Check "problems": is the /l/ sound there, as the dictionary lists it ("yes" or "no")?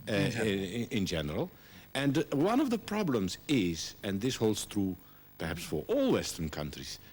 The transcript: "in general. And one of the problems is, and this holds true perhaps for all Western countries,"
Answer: yes